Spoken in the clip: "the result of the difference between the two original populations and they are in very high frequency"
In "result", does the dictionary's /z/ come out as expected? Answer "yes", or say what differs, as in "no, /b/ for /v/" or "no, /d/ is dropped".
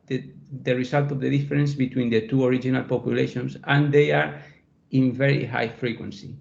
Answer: no, /s/ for /z/